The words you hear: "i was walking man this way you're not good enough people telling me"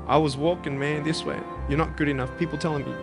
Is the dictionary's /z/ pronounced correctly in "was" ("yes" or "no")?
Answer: yes